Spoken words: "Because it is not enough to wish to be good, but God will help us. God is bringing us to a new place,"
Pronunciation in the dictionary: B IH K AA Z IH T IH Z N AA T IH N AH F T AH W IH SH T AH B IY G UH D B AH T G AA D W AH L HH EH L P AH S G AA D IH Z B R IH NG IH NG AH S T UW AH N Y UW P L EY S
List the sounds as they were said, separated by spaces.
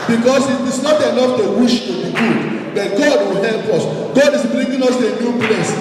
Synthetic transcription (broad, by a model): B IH K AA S IH T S N AA T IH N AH F T AH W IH SH T AH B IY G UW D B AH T G AA D W AH L HH EH L P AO S G AA D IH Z B R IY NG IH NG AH S T UW AH N Y UW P L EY S